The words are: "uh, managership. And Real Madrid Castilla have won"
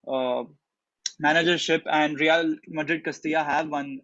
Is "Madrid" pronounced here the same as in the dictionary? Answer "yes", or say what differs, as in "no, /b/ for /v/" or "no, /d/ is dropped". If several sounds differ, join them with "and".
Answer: yes